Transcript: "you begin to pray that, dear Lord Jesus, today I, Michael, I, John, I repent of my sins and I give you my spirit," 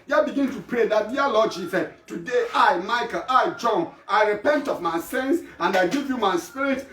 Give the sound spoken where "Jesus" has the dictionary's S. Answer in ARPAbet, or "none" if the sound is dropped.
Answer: none